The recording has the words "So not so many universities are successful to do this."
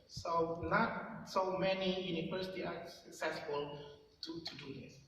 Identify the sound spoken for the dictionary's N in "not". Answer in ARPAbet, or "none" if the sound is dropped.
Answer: N